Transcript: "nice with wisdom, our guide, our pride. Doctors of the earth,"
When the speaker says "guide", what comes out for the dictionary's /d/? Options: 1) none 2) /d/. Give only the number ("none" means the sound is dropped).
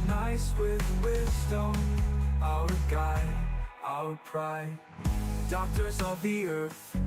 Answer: 1